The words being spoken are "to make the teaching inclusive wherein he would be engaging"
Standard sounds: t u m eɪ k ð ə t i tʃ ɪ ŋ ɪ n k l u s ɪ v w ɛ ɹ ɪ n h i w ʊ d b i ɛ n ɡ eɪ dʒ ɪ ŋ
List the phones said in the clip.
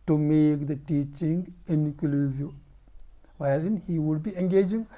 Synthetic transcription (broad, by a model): t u m eɪ k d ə t i tʃ ɪ ŋ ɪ n k l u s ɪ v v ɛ l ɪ n h i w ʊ d b i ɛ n ɡ eɪ dʒ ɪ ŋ